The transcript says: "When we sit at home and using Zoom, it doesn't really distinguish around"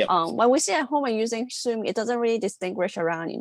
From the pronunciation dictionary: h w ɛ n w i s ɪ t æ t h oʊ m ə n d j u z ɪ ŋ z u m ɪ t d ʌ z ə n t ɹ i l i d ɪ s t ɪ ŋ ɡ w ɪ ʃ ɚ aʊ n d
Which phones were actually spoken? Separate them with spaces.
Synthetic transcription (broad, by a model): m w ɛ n w i s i æ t h oʊ m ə n j u z ɪ ŋ s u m ɪ t d ʌ z ə n t ɹ i l i d ɪ s t ɪ ŋ ɡ w ɪ ʃ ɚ aʊ n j